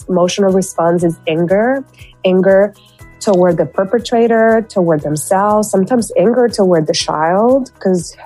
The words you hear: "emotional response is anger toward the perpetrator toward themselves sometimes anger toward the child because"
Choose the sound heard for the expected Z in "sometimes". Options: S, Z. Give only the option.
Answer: Z